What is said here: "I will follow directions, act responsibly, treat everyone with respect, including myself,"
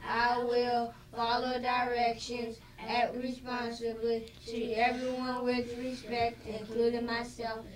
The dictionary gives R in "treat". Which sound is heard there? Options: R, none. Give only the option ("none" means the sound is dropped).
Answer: none